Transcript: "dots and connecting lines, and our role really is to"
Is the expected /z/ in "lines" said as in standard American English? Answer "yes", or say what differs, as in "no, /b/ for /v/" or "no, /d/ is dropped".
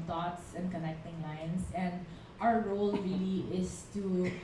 no, /s/ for /z/